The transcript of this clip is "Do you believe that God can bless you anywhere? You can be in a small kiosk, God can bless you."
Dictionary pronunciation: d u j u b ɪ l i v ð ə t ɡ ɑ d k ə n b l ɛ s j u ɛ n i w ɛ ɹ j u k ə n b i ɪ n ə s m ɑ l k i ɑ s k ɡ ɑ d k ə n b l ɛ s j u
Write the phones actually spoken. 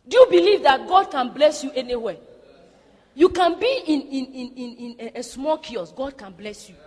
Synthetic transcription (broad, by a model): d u j u b ɪ l i v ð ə t ɡ ɑ d k ə n b l ɛ s j u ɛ n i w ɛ j u k ə n b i ɪ n ə s m ɑ l k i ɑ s ɡ ɑ d k ə n b l ɛ s j u